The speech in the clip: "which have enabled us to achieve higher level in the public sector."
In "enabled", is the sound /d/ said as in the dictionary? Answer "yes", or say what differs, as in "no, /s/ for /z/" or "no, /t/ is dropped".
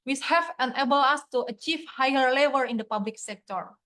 no, /d/ is dropped